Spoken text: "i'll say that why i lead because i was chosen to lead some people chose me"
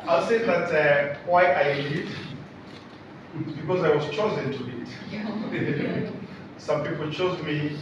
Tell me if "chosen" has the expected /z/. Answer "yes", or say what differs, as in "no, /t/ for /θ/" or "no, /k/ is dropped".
yes